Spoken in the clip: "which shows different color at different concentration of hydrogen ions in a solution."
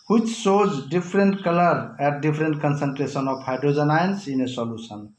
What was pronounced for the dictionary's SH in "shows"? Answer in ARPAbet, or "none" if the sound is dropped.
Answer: S